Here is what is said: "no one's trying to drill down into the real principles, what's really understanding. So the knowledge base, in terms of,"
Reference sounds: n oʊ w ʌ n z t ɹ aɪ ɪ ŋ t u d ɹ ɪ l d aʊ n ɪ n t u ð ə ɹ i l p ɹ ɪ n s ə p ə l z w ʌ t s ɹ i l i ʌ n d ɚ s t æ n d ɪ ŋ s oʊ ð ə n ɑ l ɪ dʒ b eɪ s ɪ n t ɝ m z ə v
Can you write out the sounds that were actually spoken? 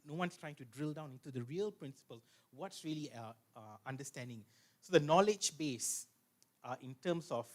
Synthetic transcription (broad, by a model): n oʊ w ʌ n s t ɹ aɪ ɪ ŋ t u d ɹ ɪ l d aʊ n ɪ n t u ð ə ɹ i l p ɹ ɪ n s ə p ə l s w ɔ t s ɹ i l i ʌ n d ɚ s t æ n d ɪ ŋ s oʊ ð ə n ɑ l ɪ dʒ b eɪ s ɪ n t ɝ m s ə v